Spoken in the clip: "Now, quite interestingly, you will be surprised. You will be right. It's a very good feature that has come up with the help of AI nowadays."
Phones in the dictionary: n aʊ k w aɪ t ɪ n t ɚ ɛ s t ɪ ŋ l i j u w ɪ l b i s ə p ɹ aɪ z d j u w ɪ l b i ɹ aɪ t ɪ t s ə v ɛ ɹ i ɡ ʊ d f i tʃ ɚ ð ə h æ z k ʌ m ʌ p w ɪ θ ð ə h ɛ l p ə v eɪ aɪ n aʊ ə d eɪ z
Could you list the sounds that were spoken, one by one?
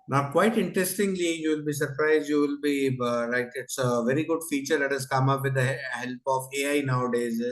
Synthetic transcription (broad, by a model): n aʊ k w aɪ t ɪ n t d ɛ s t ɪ ŋ l i j u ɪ l b i s ə p ɹ aɪ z j u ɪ l b i l aɪ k ɪ t s ə v ɛ ɹ i ɡ ʊ d f i tʃ ɚ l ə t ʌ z k ʌ m ʌ p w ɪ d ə h ɛ l p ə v eɪ aɪ n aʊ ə d eɪ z